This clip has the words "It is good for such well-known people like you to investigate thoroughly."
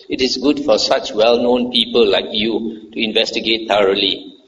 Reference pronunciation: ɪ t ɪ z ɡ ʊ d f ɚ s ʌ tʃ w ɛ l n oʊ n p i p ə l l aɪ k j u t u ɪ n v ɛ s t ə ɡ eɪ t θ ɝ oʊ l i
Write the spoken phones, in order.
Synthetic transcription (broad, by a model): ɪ t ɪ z ɡ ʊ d f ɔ s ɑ tʃ w ɛ l n oʊ n p i p ə l l aɪ k j u t u ɪ n v ɛ s t ə ɡ eɪ t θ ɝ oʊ l i